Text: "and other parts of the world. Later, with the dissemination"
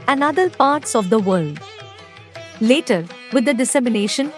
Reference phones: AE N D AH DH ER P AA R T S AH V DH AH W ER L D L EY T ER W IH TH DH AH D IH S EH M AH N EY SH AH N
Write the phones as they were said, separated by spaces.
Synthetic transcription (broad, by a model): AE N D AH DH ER P AA R T S AH V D AH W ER L D L EY T ER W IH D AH D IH S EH M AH N EY SH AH N